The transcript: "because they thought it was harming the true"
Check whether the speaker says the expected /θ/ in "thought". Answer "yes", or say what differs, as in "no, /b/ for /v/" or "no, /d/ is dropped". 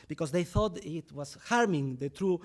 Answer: yes